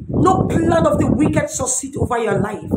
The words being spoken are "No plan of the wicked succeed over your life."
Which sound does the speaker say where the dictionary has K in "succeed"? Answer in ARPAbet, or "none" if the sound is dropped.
none